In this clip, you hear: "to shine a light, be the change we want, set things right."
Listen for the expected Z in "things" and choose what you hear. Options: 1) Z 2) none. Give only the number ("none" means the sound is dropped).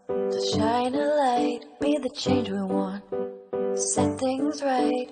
1